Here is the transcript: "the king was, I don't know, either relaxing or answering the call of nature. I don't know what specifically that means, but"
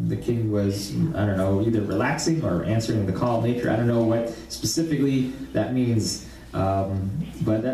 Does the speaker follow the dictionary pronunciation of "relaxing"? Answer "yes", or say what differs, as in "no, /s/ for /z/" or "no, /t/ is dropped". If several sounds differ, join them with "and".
yes